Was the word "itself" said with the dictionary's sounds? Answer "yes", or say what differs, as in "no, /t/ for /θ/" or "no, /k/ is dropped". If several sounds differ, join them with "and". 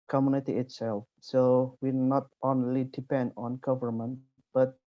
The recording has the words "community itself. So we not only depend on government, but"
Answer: yes